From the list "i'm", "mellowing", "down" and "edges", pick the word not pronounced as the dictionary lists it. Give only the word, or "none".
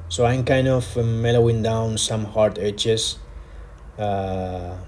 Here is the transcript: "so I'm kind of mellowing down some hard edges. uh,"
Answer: edges